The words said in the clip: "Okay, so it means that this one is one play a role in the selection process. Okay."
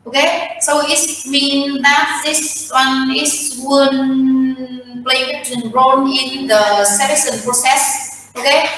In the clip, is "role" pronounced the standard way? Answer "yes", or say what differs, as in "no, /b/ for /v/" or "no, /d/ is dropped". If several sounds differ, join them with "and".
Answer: no, /n/ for /l/